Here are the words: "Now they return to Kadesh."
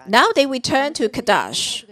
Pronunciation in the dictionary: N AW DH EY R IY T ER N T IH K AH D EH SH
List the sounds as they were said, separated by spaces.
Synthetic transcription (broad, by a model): N AW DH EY W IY T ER N T IH K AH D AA SH